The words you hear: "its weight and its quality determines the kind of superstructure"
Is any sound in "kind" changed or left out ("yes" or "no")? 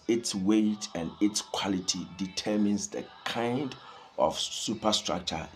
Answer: no